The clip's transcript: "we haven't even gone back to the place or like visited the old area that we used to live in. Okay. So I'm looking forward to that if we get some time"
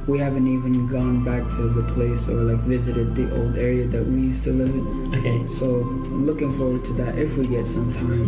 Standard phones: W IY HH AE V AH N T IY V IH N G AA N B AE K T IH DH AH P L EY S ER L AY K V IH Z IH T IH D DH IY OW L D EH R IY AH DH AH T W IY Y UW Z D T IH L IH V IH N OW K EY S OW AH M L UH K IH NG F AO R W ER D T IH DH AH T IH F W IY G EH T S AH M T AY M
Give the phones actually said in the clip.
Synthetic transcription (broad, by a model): W IY HH AE V AH N T IY V IH N G AA N B AE K T IH DH AH P L EY S ER L AY K V IH Z IH T IH D DH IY OW L D EH R IY AH DH AH T W IY Y UW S T IH L IH V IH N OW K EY S OW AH L UH K IH NG F AO R W ER D T IH DH AH T IH F W IY G EH T S AH M T AY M